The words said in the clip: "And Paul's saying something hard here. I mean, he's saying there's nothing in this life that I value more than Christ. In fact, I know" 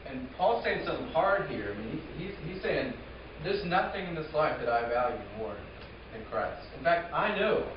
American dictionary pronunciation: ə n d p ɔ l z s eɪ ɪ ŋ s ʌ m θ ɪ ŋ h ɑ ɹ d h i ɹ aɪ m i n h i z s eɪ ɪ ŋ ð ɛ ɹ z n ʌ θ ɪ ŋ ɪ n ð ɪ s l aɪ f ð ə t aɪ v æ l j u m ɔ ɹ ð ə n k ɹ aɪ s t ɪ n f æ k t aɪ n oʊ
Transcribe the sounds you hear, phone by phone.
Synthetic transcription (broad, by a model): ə n p ɔ l s eɪ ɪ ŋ s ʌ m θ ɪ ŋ h ɑ ɹ d h i ɹ aɪ m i n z i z s eɪ ɪ ŋ ð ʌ ɹ z n ʌ θ ɪ ŋ ɪ n ð ɪ s l aɪ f ð ə t aɪ v æ l j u m ɔ ɹ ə n k ɹ aɪ s t ɪ n f æ k t aɪ n oʊ